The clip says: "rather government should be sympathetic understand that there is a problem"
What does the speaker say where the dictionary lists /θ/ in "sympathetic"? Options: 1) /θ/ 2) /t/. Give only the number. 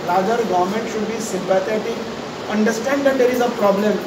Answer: 2